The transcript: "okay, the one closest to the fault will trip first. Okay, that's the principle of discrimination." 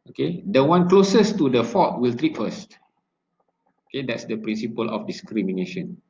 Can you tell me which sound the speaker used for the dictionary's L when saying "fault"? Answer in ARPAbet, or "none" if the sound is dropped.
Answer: none